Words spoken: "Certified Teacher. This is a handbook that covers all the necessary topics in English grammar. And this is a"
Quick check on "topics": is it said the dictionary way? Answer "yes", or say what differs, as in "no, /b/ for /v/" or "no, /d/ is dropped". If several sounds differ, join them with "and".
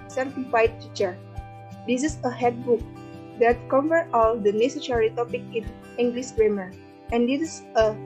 no, /s/ is dropped